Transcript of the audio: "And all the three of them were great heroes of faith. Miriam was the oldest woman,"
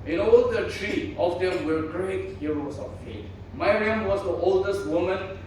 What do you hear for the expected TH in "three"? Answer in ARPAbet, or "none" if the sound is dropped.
T